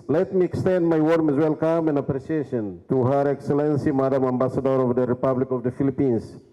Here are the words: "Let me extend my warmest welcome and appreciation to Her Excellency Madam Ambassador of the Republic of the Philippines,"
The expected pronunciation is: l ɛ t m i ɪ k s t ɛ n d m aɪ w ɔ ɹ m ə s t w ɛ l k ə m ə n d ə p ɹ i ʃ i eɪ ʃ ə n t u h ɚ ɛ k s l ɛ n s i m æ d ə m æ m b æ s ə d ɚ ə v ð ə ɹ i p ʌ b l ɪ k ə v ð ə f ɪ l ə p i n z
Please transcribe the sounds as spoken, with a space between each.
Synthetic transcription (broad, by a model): l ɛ t m i ɪ k s t ɛ n d m aɪ w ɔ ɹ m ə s w ɛ l k ə m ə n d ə p ɹ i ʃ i eɪ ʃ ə n t u h ɚ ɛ k s l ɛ n s i m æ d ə m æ m b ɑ s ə d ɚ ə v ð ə ɹ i p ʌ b l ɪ k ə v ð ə f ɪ l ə p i n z